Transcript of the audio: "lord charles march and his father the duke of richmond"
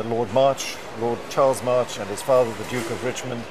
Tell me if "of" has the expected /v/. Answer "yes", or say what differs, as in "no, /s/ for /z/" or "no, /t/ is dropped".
yes